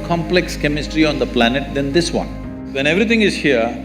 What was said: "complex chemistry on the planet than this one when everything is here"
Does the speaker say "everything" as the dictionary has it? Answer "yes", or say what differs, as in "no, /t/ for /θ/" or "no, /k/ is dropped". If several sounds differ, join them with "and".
no, /t/ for /θ/